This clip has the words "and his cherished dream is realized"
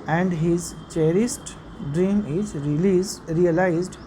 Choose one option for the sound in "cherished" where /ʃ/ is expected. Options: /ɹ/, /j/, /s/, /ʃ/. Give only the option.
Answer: /s/